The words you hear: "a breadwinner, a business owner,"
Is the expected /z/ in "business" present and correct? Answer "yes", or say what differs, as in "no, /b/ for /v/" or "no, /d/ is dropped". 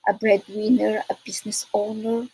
no, /s/ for /z/